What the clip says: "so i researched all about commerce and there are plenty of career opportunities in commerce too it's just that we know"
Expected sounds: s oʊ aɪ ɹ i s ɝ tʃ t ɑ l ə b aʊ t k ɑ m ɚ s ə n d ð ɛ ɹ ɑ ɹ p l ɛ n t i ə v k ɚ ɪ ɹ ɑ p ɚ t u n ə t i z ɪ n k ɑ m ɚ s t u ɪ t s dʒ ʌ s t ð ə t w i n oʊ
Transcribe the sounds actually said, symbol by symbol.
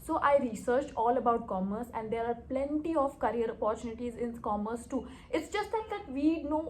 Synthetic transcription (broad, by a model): s oʊ aɪ ɹ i s ɝ tʃ ɑ l ə b aʊ t k ɑ m ɚ s ə n d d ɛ ɹ ɑ ɹ p l ɛ n t i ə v k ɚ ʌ ɹ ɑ p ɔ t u n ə t i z ɪ n k ɑ m ɚ s t u ɪ t s dʒ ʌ s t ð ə t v i n oʊ